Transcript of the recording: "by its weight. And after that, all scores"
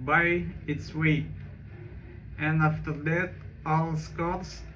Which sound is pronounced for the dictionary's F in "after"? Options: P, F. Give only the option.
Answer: F